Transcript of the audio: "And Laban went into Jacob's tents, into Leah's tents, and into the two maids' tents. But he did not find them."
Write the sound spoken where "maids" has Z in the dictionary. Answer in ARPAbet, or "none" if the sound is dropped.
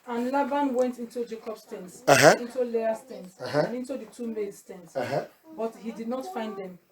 S